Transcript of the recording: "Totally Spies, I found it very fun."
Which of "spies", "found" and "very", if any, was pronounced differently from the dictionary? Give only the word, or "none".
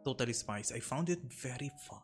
spies